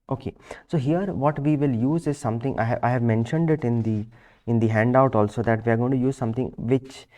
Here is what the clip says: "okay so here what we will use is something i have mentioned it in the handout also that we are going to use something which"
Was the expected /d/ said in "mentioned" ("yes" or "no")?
yes